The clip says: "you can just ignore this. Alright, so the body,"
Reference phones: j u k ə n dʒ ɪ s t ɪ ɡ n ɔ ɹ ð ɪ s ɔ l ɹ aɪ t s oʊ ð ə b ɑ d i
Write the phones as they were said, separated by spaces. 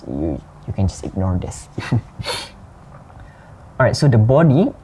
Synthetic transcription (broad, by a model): j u k ə n dʒ ɪ s t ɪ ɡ n ɔ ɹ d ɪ s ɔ ɹ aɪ t s oʊ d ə b ɑ d i